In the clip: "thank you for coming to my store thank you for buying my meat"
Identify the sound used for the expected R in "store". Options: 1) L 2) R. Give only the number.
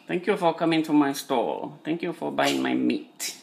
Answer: 1